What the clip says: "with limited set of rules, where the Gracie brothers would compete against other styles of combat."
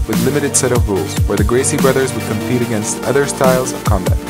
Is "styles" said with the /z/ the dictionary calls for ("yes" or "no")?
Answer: yes